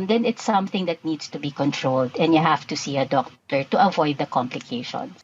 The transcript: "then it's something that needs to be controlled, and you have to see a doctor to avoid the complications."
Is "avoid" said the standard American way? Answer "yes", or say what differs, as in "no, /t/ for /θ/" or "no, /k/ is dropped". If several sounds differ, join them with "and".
yes